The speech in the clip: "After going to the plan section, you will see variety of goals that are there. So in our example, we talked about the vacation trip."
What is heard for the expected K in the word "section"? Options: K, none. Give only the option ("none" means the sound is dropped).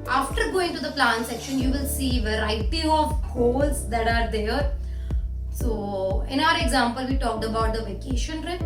K